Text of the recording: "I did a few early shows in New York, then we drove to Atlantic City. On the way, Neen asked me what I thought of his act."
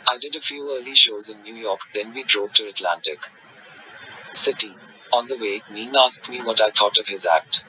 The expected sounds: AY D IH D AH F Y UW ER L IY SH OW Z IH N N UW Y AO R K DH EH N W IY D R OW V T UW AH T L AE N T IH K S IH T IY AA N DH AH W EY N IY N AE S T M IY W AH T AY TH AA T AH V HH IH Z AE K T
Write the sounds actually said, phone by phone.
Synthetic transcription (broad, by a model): AY D IH D AH F Y UW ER L IY SH OW Z IH N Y UW Y AO R K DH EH N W IY D R OW V T UW AH T L AE N T IH K S IH T IY AA N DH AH W EY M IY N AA S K M IY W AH T AY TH AA T AH V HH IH Z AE K T